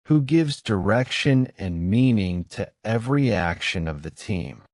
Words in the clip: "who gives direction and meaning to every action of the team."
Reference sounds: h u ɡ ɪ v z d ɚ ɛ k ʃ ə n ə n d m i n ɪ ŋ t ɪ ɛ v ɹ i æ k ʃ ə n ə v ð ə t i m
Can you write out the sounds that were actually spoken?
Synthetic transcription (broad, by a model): h u ɡ ɪ v z d ɚ ɛ k ʃ ə n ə n m i n ɪ ŋ t ɪ ɛ v ɹ i æ k ʃ ə n ə v ð ə t i m